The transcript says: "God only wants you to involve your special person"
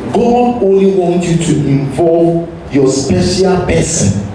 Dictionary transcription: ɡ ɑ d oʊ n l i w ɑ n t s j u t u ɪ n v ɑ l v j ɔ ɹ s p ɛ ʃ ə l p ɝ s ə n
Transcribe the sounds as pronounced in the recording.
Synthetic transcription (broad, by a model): ɡ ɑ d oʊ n l i w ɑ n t j u t u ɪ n v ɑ l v j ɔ s p ɛ ʃ ə l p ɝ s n